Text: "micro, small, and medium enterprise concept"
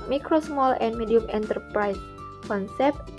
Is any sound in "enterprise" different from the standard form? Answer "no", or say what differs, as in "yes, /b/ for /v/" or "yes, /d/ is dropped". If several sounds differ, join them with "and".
yes, /s/ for /z/